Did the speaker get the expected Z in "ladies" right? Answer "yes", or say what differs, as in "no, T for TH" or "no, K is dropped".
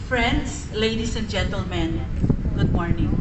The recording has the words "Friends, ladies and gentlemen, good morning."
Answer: no, S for Z